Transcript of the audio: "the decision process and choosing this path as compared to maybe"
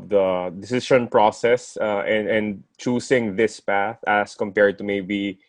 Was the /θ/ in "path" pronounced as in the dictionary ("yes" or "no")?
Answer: yes